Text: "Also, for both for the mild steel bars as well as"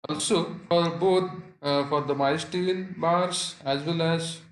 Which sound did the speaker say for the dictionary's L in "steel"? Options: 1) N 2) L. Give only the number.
1